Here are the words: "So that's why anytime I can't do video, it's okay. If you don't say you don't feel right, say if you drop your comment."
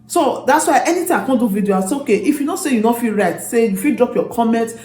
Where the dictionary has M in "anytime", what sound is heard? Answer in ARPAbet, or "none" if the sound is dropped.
none